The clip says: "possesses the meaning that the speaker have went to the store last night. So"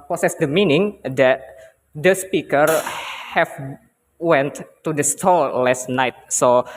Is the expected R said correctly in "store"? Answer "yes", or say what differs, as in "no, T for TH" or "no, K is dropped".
no, L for R